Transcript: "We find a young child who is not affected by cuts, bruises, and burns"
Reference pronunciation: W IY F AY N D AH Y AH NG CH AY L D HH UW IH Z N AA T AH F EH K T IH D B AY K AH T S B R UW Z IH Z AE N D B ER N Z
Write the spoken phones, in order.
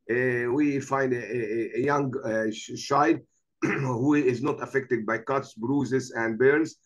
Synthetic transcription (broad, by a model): W IY F AY N D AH Y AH NG SH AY D HH UW IH Z N AA T AH F EH K T IH D B AY K AH T S B R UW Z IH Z AE N D B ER N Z